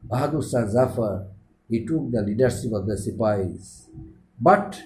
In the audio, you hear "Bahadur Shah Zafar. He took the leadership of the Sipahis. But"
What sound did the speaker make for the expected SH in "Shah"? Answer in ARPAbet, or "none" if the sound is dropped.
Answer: S